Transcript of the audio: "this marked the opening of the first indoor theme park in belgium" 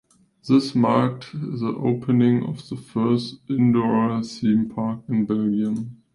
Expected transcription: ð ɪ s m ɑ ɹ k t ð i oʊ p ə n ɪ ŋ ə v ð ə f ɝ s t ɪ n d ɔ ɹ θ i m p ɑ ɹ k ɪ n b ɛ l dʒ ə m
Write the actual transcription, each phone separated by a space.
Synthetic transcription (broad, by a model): ð ɪ s m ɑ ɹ k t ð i oʊ p ə n ɪ ŋ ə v ð ə f ɝ s t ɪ n d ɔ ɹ s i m p ɑ ɹ k ɪ n b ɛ l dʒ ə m